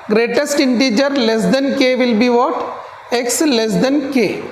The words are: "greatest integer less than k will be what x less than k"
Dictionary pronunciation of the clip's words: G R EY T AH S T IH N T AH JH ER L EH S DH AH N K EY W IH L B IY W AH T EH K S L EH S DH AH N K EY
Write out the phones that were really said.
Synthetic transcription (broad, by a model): G R EY T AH S T IH N T AH JH ER L EH S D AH N K EY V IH L B IY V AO T EH K S L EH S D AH N K EY